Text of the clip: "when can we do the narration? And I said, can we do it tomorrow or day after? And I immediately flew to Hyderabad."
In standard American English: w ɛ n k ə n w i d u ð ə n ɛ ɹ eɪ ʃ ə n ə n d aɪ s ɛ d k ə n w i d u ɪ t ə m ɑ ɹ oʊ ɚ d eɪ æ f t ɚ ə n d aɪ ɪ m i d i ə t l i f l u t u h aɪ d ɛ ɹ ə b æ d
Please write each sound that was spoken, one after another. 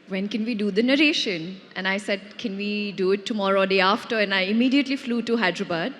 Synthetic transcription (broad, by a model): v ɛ n k ə n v i d u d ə n ɛ ɹ eɪ ʃ ə n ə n aɪ s ɛ d k ə n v i d u ɪ t ə m ɑ ɹ oʊ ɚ d eɪ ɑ f t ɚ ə n aɪ ɪ m i d i ə t l i f l u t u h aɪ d ɹ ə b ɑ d